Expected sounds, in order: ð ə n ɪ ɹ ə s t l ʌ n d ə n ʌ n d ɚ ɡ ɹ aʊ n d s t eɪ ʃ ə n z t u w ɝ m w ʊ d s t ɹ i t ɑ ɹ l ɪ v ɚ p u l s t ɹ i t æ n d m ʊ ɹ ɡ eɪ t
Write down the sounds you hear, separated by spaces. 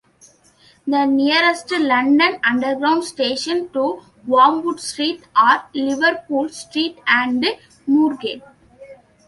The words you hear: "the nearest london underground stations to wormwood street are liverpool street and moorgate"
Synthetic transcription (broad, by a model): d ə n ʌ ɹ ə s t l ʌ n d ə n ʌ n d ɚ ɡ ɹ aʊ n d s t eɪ ʃ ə n t u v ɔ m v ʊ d s t ɹ i t ɑ ɹ l ɪ v ɚ p u l s t ɹ i t æ n d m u ɹ ɡ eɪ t